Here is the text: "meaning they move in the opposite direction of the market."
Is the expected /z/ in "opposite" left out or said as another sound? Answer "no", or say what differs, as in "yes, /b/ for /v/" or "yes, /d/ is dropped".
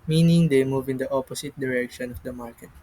yes, /s/ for /z/